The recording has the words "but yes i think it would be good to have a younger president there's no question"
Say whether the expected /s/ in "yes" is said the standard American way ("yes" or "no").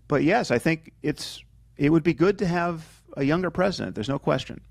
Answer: yes